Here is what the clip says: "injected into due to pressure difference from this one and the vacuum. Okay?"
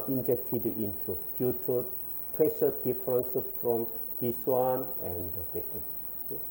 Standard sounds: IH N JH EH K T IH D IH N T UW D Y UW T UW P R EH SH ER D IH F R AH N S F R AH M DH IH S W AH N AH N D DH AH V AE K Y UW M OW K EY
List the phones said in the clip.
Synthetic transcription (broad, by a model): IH N JH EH K T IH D IH N T UW D Y UW T UW P R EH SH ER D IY F R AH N S F R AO M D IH S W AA N AH N D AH B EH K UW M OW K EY